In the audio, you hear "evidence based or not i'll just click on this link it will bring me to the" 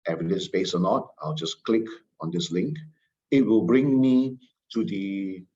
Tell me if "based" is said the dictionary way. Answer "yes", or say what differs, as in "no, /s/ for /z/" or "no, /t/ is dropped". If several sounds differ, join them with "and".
no, /t/ is dropped